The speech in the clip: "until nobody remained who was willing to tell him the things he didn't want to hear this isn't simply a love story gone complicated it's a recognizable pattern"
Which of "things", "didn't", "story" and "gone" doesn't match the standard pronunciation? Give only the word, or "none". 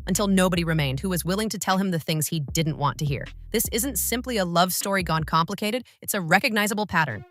none